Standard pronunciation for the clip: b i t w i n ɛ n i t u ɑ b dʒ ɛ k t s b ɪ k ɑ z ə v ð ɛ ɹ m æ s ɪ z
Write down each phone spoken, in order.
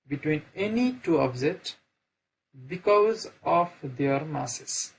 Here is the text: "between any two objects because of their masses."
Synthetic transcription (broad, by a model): b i t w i n ɛ n i t u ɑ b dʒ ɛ t b ɪ k ɑ z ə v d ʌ ɹ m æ s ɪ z